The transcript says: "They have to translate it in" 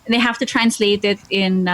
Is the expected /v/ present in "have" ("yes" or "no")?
no